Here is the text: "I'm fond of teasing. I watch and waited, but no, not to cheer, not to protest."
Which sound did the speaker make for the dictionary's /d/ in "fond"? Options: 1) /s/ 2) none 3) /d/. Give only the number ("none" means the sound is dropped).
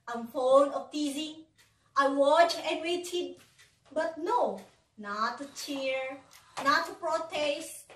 2